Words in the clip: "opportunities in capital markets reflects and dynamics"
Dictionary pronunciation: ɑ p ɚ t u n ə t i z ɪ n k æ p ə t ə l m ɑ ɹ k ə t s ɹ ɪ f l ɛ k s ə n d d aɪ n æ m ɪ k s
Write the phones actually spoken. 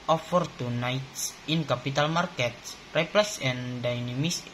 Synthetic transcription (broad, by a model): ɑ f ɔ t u n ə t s ɪ n k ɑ p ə t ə l m ɑ ɹ k ə t s ɹ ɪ p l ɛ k s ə n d d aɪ n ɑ m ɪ s